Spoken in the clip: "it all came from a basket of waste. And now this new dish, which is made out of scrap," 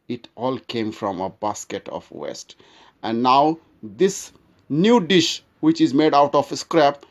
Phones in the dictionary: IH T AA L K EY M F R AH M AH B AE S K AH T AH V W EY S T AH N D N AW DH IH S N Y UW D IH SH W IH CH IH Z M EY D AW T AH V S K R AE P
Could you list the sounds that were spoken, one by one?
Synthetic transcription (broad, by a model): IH T AA L K EY M F R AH M AH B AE S K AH T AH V W EY S T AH N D N AW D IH S N Y UW D IH SH W IH CH IH Z M EY D AW T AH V S K R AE P